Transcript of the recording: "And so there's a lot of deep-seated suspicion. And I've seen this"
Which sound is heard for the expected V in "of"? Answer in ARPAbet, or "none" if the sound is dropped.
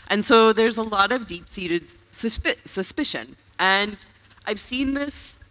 V